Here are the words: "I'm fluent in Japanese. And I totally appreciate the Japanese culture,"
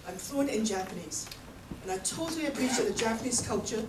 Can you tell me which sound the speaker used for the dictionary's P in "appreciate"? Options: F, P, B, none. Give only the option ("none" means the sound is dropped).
B